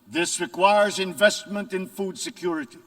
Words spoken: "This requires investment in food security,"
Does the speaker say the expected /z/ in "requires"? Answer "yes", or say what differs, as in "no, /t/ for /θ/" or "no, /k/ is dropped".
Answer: yes